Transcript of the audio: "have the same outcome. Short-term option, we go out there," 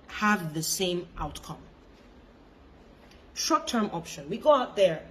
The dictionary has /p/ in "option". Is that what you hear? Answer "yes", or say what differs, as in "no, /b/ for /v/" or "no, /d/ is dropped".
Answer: yes